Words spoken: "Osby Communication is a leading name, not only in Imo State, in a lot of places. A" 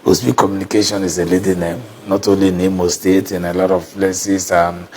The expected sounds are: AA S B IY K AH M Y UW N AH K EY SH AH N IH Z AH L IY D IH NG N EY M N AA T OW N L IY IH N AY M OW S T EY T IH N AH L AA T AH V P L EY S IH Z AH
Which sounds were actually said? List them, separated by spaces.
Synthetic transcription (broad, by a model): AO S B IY K AH M Y UW N AH K EY SH AH N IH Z AH L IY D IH N EY M N AA T OW N L IY N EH M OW S T EY T IH N AH L AA T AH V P L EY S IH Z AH